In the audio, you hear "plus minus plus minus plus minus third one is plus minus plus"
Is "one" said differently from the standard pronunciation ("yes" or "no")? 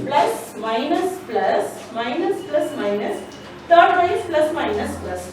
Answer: yes